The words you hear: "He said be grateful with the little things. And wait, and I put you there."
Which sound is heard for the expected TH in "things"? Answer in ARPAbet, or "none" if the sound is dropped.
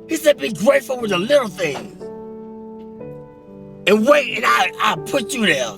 TH